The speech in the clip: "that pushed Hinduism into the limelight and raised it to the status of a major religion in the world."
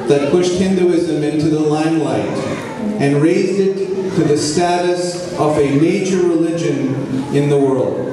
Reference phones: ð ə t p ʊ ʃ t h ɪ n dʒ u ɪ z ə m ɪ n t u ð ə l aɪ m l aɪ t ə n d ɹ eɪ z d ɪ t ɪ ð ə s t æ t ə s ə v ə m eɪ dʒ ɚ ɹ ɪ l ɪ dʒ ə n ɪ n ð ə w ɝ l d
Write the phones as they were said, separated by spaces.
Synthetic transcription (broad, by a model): ð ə t p ʊ ʃ t h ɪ n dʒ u ɪ z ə m ɪ n t u ð ə l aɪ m l aɪ t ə n ɹ eɪ z d ɪ t ɪ ð ə s t æ t ə s ə v ə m eɪ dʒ ɚ ɹ ɪ l ɪ dʒ ə n ɪ n ð ə w ɝ l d